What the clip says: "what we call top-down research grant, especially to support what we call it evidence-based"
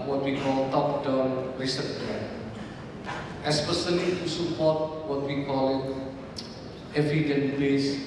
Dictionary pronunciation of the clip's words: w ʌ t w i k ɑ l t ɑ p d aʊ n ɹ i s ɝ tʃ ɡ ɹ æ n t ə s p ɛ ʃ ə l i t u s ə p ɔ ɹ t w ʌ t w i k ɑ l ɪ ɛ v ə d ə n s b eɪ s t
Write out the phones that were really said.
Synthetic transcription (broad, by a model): w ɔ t w i k ɑ l t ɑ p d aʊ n ɹ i s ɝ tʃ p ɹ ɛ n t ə s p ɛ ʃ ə l i t u s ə p ɔ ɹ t w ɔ t w i k ɑ l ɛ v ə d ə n b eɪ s